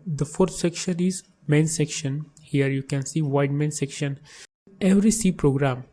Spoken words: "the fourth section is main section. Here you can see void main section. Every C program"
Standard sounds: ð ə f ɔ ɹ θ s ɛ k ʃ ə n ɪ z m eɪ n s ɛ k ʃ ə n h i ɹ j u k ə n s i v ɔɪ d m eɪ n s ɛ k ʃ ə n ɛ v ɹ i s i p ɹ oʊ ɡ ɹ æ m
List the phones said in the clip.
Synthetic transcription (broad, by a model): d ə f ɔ ɹ t s ɛ k ʃ ə n ɪ z m eɪ n s ɛ k ʃ ə n h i ɹ j u k ə n s i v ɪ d m eɪ n s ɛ k ʃ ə n ɛ v ɹ i s i p ɹ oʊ ɡ ɹ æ m